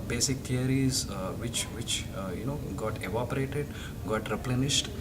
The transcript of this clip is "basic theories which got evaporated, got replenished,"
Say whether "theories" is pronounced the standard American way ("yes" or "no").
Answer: no